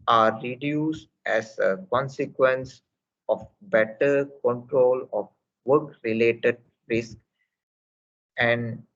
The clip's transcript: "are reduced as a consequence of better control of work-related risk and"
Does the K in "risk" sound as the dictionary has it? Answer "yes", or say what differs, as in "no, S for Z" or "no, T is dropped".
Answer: yes